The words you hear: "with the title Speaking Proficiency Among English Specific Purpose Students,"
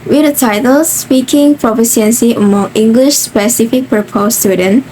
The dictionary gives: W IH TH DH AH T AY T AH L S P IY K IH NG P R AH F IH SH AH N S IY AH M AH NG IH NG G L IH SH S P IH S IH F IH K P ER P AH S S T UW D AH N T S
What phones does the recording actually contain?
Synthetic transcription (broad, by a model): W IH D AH T AY T AH L S P IY K IH NG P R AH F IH S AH N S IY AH M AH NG IH NG G L IH SH S P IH S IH F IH K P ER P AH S S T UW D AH N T